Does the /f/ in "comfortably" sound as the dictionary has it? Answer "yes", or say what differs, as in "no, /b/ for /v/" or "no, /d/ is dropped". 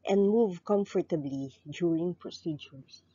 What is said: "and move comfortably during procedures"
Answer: yes